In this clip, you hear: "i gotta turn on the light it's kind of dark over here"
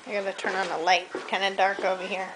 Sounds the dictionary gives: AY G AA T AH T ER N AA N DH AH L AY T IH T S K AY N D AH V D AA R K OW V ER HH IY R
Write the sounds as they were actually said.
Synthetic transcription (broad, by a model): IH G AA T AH T ER N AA N DH AH L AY IH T K AY N D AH D AA R K OW V ER HH IY R